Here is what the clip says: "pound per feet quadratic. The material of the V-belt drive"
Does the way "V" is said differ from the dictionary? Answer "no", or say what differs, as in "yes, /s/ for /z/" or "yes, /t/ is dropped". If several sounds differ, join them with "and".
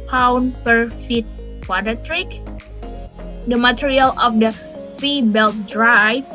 yes, /f/ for /v/